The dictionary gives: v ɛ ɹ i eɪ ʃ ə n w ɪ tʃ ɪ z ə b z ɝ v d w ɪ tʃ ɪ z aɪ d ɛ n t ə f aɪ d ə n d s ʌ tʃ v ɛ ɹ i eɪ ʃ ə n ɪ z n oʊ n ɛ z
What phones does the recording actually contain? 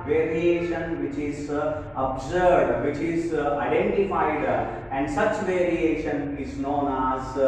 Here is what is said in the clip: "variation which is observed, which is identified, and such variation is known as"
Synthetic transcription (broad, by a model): v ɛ ɹ i eɪ ʃ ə n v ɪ tʃ ɪ z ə b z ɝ d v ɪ tʃ ɪ z aɪ d ɛ n t ə f aɪ d ə n d s ʌ tʃ v ɛ ɹ i eɪ ʃ ə n ɪ z n oʊ n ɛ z